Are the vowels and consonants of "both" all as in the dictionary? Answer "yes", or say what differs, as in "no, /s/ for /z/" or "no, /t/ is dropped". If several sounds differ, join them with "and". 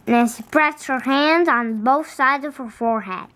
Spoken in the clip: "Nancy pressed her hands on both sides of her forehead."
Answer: yes